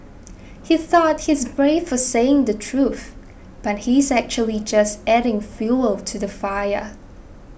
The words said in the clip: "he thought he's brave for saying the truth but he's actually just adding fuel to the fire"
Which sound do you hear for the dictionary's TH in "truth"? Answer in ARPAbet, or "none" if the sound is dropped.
TH